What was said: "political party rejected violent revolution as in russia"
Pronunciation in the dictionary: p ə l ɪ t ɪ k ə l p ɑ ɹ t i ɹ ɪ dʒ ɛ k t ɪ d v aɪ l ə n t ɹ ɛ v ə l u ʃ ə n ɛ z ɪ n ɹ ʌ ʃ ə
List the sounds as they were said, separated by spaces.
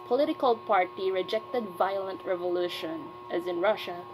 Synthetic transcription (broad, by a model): p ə l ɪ t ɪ k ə l p ɑ ɹ t i ɹ ɪ dʒ ɛ k t ɪ d v aɪ l ə n t ɹ ɛ v ə l u ʃ ə n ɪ z ɪ n ɹ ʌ ʃ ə